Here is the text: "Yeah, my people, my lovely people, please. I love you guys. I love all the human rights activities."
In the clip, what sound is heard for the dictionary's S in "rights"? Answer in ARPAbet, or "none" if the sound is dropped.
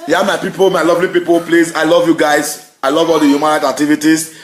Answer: none